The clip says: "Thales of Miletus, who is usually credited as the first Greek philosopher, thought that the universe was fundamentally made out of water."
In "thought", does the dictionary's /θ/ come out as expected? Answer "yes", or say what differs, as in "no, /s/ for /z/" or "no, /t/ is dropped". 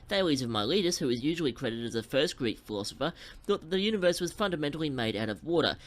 yes